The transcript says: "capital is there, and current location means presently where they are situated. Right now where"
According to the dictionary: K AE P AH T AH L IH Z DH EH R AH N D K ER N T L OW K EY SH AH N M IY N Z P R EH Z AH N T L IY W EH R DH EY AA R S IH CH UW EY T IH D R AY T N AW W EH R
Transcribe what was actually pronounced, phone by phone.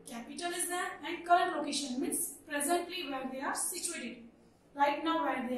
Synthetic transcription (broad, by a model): K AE P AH T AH L IH Z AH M AH N D K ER L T L OW K EY SH AH N M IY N S P R EH Z AH N T L IY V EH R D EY AA R S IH CH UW EY T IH D L AY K N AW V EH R